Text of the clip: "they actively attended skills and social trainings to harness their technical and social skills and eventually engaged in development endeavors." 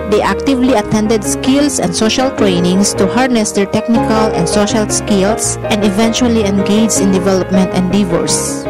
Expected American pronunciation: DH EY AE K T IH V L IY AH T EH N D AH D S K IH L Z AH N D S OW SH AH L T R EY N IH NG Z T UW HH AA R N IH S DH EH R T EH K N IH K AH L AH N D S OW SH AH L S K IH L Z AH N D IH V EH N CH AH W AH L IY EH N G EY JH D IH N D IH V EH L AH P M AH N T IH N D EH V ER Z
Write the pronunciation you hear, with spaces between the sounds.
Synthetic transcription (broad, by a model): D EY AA K T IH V L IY AH T EH N D AH D S K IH L S AH N D S OW SH AH L T R EY N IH NG S T UW HH AA R N IH S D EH R T EH K N IH K AH L AH N D S OW SH AH L S K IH L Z AH N D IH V EH N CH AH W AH L IY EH N G EY JH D IH N D IH V EH L AH P M AH N T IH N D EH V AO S